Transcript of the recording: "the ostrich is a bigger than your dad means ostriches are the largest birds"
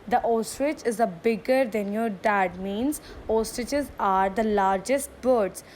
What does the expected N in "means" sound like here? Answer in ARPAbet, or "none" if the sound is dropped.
N